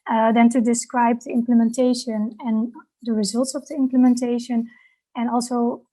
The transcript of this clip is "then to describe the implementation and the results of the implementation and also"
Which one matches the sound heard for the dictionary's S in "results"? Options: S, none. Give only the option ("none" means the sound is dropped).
S